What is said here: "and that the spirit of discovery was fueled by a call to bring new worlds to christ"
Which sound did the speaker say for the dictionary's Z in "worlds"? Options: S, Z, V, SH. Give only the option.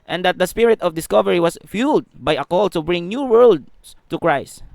S